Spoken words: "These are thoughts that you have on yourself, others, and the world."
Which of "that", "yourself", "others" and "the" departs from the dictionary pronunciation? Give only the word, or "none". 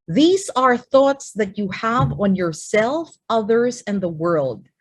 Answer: none